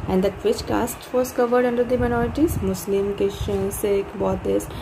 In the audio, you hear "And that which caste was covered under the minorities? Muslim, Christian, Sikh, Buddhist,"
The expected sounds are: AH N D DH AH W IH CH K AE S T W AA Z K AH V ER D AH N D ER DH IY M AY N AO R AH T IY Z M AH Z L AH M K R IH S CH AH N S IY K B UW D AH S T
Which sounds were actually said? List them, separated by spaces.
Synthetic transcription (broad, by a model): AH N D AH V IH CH K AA S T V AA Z K AH V ER D AH N D ER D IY M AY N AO R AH T IY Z M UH S L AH M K IH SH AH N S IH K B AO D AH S